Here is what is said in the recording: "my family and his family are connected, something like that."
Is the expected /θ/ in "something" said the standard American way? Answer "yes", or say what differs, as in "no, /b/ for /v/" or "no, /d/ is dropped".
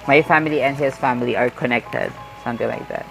no, /t/ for /θ/